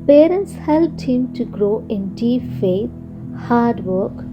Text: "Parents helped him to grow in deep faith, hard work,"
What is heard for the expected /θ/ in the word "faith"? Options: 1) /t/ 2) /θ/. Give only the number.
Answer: 1